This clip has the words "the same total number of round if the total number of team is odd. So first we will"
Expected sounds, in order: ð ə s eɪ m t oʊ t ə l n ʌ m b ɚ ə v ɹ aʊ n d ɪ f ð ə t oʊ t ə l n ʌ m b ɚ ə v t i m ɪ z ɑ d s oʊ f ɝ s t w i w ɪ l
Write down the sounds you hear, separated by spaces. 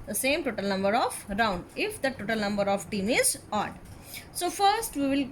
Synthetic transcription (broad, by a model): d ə s eɪ m t oʊ t ə l n ʌ m b ɚ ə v ɹ aʊ n d ɪ f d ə t oʊ t ə l n ʌ m b ɚ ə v t i m ɪ z ɑ d s oʊ f ɝ s t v i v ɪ l